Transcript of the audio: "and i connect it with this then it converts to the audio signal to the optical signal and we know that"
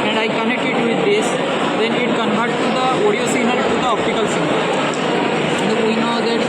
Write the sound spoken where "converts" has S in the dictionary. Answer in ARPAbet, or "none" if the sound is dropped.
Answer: none